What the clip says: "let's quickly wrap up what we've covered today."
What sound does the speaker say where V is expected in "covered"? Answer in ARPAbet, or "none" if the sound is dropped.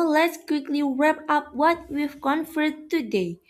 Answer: F